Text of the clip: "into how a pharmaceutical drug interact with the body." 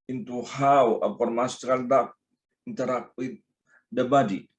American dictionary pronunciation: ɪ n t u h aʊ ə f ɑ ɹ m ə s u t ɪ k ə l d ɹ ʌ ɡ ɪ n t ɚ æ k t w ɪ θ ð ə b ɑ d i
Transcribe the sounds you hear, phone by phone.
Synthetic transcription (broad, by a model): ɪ n t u h aʊ ə p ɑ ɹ m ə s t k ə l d ɑ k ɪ n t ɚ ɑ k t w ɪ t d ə b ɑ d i